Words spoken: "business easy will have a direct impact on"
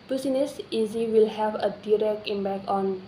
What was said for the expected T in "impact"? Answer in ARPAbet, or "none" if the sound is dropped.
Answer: none